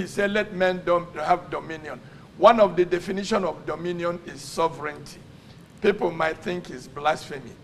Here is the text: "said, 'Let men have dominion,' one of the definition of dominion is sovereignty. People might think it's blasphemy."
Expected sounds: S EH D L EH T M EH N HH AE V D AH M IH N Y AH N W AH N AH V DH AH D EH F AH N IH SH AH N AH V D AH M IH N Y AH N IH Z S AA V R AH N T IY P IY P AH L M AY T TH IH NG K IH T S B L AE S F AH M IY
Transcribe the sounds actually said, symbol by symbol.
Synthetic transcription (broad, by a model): S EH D L EH T M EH N HH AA V D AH M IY N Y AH N W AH N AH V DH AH D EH F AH N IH SH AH N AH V D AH M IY N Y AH N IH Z S AA V R AH N T IY P IY P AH L M AY T TH IH NG K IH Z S B L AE S F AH M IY